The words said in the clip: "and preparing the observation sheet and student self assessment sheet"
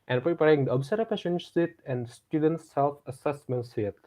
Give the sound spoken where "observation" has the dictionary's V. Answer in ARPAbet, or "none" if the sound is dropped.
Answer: P